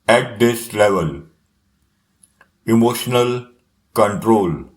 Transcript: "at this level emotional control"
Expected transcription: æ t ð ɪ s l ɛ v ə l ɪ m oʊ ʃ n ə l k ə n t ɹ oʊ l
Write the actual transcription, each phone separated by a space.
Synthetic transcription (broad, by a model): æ t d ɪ s l ɛ v ə l ɪ m oʊ ʃ n ə l k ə n t ɹ oʊ l